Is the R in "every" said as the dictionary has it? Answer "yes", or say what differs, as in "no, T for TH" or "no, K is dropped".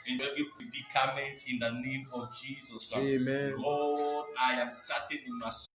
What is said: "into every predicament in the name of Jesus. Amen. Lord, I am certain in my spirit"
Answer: no, R is dropped